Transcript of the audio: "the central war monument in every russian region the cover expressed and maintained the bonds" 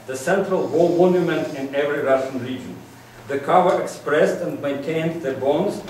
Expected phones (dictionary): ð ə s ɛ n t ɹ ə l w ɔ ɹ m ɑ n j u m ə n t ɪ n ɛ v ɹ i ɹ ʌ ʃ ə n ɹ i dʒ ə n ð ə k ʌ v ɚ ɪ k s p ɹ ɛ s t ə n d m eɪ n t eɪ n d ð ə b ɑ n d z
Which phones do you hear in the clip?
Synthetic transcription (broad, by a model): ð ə s ɛ n t ɹ ə l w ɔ l m ɑ n j u m ə n t ɪ n ɛ v ɹ i ɹ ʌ ʃ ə n ɹ i dʒ ə n ð ə k ʌ v ɚ ɪ k s p ɹ ɛ s t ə n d m eɪ n t eɪ n d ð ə b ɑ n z